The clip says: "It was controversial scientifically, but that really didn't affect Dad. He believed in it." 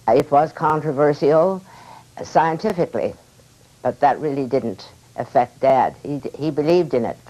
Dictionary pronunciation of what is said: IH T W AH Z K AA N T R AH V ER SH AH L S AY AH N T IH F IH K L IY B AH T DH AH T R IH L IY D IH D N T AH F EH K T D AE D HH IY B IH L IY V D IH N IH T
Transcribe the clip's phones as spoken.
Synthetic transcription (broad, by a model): IH T W AH Z K AA N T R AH V ER S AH L S AY AH N T IH F IH K L IY B AH T DH AH T R IH L IY D IH D N T AH F EH K T D AE D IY IY B IH L IY V D IH N IH T